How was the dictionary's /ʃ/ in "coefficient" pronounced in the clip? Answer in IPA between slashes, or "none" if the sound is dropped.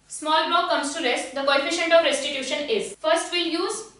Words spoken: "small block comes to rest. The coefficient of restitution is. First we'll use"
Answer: /ʃ/